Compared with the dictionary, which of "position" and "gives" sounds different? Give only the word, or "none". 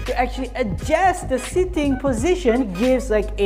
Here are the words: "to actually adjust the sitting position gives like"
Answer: none